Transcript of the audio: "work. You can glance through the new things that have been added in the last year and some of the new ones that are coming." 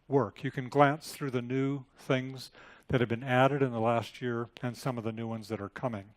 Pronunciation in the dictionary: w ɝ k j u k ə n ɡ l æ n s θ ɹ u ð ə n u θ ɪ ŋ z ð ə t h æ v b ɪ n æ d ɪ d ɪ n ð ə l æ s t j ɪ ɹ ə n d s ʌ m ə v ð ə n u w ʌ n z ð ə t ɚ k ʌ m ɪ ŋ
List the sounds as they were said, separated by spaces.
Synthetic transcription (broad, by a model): w ɝ k j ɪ k ə n ɡ l æ n s θ ɹ u ð ə n u θ ɪ ŋ z ð ə t h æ v b ɪ n æ d ɪ d ɪ n ð ə l æ s t j ɪ ɹ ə n s ʌ m ə v ð ə n u w ʌ n z ð ə t ɚ k ʌ m ɪ ŋ